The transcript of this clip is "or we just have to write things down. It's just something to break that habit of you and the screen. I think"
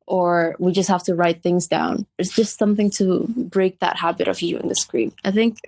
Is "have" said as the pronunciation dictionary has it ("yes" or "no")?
no